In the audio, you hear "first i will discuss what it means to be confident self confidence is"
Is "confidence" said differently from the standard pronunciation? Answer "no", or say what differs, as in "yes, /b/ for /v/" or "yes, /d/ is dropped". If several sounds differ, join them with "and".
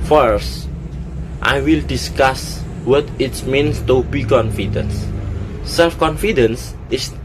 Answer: no